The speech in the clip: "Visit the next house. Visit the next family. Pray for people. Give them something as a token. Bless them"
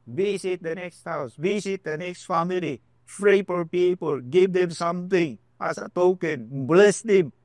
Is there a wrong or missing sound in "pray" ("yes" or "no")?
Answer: yes